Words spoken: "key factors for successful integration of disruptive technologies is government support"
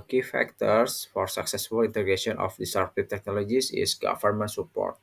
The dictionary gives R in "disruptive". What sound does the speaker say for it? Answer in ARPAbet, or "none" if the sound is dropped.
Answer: none